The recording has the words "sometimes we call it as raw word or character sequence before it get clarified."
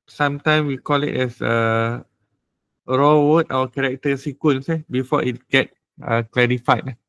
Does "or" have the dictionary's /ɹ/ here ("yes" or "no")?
no